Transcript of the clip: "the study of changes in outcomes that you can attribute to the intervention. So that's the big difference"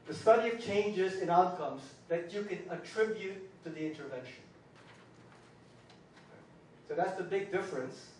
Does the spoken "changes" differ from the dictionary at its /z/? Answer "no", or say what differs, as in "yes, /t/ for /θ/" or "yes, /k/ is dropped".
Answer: no